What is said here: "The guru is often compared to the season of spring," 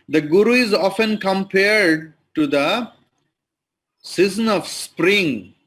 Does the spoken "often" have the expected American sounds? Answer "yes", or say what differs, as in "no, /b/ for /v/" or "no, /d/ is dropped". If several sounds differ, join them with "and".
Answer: yes